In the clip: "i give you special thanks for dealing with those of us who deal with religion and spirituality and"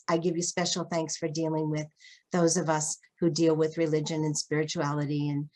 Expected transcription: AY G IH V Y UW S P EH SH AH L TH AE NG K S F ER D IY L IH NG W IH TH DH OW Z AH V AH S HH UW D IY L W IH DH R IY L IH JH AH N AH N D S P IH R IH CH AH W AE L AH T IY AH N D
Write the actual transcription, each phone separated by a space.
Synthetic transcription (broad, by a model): AY G IH V Y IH S P EH SH L TH AE NG K S F ER D IY L IH NG W IH DH OW Z AH V AH S HH UW D IY L W IH DH R IY L IH JH AH N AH N S P IH R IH CH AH AE L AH T IY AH N